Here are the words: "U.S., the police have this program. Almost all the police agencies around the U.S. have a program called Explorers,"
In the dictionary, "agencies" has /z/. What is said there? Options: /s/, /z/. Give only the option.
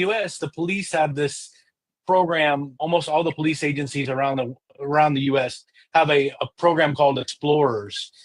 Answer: /z/